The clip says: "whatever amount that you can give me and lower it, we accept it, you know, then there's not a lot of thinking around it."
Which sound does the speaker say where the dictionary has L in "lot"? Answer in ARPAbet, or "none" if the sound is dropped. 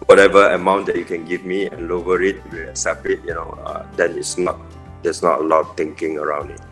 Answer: N